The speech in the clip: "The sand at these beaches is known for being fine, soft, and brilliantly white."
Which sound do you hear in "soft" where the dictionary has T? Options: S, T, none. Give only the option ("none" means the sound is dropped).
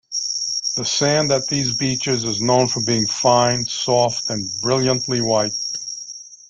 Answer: T